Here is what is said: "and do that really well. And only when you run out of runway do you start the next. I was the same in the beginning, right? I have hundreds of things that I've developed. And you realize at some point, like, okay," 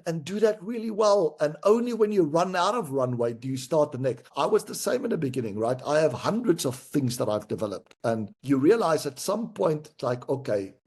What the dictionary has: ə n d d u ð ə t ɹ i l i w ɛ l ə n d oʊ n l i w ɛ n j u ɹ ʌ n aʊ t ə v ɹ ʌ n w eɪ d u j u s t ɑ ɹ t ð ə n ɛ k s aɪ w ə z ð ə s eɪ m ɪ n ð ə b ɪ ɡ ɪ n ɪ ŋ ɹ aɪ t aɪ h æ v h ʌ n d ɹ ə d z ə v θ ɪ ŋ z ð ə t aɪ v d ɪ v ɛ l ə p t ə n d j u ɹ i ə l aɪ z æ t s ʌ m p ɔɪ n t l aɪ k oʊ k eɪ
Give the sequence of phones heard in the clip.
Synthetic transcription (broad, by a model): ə n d d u ð ə t ɹ i l i w ɛ l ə n oʊ n l i w ɛ n j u ɹ ʌ n aʊ t ə v ɹ ʌ n w eɪ d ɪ j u s t ɑ ɹ t ð ə n ɛ k s aɪ w ə z ð ə s eɪ m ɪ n ð ə b ɪ ɡ ɪ n ɪ ŋ ɹ aɪ t aɪ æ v h ʌ n d ɹ ə d z ə v θ ɪ ŋ z ð ə t aɪ v d ɪ v ɛ l ə p t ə n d j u ɹ i ə l aɪ z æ t s ʌ m p ɔɪ n t l aɪ k oʊ k eɪ